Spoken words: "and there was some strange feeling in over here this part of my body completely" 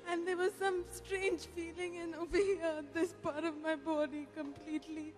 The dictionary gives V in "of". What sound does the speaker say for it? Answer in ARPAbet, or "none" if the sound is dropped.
V